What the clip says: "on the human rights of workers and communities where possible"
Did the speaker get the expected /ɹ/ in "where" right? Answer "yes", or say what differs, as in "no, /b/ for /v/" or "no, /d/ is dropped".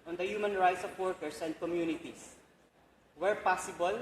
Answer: yes